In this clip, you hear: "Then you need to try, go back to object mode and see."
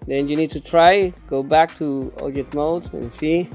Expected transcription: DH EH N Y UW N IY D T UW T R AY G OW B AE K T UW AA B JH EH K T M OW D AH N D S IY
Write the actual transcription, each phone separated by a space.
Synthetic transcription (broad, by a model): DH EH N Y UW N IY D T UW T R AY G OW B AE K T UW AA JH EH T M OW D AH N S IY